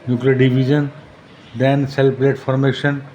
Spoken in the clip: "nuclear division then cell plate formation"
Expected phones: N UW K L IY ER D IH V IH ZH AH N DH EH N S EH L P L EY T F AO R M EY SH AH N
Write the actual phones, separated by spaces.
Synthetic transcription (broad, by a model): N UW K L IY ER D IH B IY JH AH N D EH N S EH L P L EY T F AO R M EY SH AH N